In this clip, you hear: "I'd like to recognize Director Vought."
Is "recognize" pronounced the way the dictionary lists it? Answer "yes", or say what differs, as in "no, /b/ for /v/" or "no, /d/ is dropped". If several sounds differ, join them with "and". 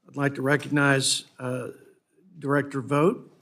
yes